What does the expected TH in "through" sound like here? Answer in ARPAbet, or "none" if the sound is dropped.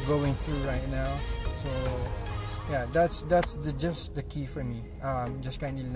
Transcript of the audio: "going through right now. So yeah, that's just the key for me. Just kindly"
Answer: TH